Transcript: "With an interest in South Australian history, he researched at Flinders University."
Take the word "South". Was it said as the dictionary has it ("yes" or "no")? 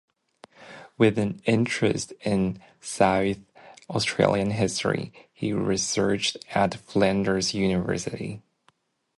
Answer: yes